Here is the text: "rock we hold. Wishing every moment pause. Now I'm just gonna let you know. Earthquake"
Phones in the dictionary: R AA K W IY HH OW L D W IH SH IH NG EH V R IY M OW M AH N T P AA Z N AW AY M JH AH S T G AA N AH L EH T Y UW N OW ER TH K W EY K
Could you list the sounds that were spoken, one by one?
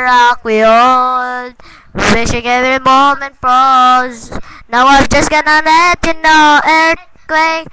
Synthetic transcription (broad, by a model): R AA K W IY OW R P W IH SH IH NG EH V R IY M OW M AH N T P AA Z N AW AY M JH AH S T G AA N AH N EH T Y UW N OW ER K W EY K